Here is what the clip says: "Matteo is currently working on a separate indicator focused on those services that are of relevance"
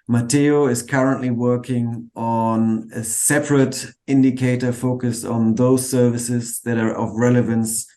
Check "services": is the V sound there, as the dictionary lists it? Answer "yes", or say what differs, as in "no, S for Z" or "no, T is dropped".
yes